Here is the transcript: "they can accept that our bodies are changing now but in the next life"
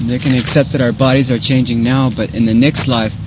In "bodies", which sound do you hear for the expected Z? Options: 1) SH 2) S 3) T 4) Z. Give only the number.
4